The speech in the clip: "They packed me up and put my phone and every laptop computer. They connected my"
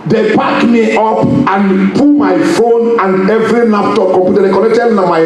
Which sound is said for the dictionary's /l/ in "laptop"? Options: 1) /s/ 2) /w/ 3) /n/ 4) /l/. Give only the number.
3